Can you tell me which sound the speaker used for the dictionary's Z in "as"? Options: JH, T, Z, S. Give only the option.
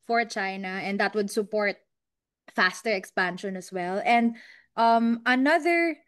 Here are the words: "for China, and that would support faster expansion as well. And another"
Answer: S